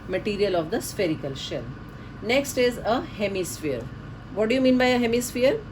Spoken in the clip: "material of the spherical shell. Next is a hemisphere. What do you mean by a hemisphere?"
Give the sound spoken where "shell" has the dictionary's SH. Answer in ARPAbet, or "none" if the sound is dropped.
SH